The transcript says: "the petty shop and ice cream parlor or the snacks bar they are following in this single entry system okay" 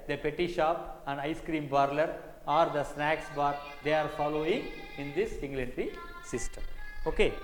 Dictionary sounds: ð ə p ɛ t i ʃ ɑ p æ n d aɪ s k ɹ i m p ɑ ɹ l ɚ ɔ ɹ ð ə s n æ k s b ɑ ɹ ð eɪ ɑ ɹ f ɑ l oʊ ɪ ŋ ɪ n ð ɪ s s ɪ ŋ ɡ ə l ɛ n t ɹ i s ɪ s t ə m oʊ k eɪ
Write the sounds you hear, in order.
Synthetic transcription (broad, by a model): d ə p ɛ t i ʃ ɑ p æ n d aɪ s k ɹ i m b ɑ ɹ l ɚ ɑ ɹ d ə s n æ k s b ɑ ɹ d eɪ ɑ ɹ f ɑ l oʊ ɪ ŋ ɪ n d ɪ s s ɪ ŋ ɡ l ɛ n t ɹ i s ɪ s t ə m oʊ k eɪ